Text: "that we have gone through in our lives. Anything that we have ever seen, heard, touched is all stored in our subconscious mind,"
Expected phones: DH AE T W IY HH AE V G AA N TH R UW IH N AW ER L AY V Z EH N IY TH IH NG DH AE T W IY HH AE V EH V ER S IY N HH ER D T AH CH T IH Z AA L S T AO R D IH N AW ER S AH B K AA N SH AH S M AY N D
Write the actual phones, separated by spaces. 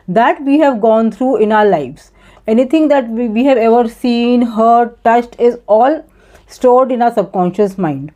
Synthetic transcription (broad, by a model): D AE T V IY HH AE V G AA N T R UW IH N AW ER L AY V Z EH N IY T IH NG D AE T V IY HH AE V EH V ER S IY N HH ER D T AH CH T IH Z AA L S T AO R D IH N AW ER S AH B K AA N SH AH S M AY N D